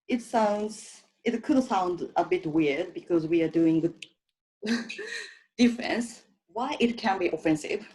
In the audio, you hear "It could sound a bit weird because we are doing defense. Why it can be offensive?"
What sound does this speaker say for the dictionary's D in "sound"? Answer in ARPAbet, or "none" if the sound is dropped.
D